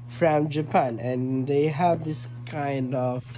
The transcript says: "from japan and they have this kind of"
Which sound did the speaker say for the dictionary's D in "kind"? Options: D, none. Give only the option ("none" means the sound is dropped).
D